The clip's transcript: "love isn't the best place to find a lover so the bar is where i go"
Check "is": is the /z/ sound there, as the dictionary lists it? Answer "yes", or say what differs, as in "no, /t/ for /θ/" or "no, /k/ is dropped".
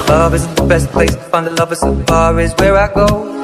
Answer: yes